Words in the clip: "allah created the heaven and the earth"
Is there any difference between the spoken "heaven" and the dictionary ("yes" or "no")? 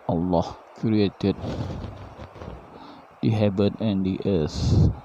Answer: yes